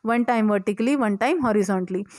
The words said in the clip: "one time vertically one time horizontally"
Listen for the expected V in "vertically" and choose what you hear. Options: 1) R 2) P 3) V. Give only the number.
3